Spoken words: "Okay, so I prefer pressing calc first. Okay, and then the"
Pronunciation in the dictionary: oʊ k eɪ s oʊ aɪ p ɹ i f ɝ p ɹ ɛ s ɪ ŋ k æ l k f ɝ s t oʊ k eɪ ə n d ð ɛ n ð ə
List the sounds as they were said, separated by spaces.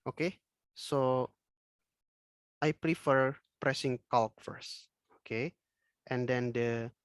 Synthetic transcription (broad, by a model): oʊ k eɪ s oʊ aɪ p ɹ i f ɝ p ɹ ɛ s ɪ ŋ k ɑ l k f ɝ s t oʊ k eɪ ə n d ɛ n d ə